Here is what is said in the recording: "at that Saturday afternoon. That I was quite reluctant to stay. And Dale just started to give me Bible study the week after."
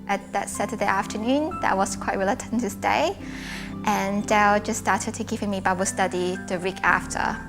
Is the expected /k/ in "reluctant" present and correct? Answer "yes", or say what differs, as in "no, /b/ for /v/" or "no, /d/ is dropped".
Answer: no, /k/ is dropped